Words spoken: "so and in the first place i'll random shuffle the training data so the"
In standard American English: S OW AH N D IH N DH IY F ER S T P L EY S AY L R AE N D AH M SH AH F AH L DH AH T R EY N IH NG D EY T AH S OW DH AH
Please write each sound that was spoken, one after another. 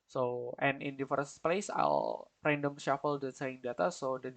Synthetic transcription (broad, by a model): S OW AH N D IH N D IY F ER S P L EY S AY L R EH N D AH M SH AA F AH L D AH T EY IH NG D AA T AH S OW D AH